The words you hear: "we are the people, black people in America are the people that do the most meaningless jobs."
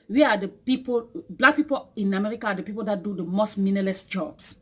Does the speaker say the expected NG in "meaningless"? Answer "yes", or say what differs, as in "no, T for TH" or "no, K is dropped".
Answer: no, NG is dropped